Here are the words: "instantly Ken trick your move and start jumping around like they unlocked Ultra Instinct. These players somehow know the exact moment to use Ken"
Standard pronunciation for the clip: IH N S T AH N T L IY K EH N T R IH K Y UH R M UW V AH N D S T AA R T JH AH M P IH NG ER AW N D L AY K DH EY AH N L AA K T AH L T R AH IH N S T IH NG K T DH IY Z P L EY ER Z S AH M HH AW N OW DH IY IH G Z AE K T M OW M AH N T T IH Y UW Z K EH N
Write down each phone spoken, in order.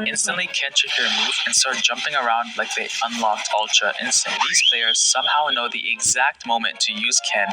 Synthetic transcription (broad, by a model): IH N S T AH N T L IY K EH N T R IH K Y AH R M UW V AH N S T AA R T JH AH M P IH NG ER AW N D L AY K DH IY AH N L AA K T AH L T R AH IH N S T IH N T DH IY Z P L EY ER Z S AH M HH AW N OW DH IY IH G Z AE K T M OW M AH N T T IH Y UW Z K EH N